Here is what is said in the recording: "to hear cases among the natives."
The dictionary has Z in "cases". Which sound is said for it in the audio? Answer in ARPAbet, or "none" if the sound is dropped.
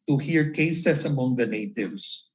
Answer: S